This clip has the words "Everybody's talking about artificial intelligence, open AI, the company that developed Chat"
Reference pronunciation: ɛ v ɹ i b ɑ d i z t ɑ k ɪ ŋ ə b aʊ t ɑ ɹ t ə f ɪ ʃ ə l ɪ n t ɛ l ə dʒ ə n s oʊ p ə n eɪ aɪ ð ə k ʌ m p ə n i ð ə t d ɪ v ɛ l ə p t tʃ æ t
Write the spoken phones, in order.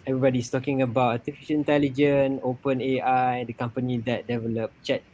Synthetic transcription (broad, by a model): ɛ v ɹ i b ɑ d i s t ɑ k ɪ ŋ ə b aʊ t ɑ t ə f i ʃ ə n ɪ n t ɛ l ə dʒ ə n oʊ p ə n eɪ aɪ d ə k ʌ m p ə n i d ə t d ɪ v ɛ l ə p tʃ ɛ t